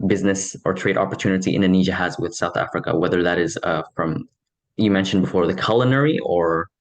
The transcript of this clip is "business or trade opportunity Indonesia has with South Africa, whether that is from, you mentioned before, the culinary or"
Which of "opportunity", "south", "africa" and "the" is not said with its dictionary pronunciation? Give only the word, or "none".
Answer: none